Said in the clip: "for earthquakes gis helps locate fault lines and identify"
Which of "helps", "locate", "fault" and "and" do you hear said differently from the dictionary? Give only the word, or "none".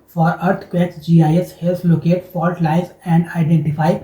helps